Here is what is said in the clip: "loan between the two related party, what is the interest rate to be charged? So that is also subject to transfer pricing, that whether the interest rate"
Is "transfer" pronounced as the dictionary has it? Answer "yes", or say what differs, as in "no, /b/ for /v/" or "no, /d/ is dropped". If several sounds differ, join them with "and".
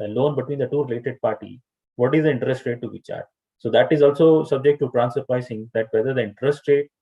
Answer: no, /f/ is dropped